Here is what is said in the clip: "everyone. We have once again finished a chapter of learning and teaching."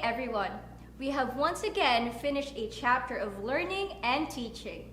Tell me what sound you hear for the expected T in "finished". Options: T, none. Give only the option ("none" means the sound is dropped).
T